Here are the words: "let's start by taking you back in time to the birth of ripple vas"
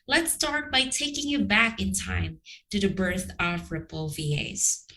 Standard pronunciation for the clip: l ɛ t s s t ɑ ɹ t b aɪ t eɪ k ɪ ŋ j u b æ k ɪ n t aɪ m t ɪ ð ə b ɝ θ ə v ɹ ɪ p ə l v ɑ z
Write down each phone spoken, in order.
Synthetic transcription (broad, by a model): l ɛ t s s t ɑ ɹ t b aɪ t eɪ k ɪ ŋ j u b æ k ɪ n t aɪ m t ɪ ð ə b ɝ θ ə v ɹ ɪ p l v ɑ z